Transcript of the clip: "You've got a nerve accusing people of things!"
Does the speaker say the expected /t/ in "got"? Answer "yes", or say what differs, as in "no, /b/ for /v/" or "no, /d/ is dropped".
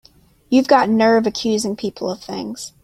yes